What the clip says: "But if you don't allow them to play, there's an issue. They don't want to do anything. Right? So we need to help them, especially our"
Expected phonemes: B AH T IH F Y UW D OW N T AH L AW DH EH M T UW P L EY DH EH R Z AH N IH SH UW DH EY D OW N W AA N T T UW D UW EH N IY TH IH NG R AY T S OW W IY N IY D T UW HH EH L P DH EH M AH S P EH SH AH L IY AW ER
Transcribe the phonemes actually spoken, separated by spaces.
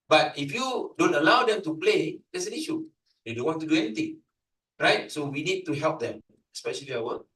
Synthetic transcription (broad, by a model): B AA T IH F Y UW D OW N T AH L AW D EH M T UW P L EY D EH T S AH N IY SH UW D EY D OW N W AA N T T UW D UW EH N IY T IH NG R AY T S OW W IY N IY D T UW HH EH L P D EH M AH S P EH SH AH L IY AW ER